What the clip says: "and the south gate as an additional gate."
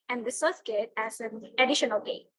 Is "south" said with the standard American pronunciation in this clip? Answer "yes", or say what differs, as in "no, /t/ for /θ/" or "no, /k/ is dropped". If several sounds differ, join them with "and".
no, /s/ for /θ/